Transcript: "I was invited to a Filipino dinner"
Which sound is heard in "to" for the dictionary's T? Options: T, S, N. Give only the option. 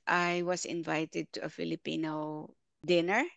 T